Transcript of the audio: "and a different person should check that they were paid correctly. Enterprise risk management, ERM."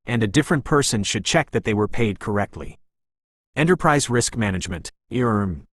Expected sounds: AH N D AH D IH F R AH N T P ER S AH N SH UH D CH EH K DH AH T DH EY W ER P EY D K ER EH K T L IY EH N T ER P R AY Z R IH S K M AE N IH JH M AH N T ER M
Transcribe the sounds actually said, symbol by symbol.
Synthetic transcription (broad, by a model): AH N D AH D IH F R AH N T P ER S AH N SH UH D CH EH K DH AH T DH EY W ER P EY D K ER EH K T L IY EH N T ER P R AY Z R IH S K M AE N IH JH M AH N T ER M